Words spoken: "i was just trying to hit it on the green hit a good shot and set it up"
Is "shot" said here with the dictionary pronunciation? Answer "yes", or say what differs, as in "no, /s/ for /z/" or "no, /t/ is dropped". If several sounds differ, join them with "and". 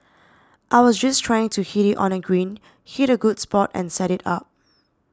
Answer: no, /s/ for /ʃ/